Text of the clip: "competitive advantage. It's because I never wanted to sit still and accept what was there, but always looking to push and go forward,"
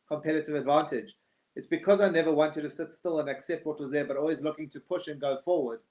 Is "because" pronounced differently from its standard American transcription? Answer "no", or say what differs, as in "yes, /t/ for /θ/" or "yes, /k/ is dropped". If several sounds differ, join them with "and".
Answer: no